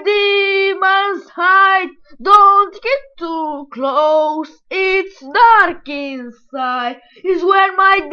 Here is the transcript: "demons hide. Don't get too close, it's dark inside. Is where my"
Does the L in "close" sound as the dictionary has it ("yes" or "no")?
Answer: yes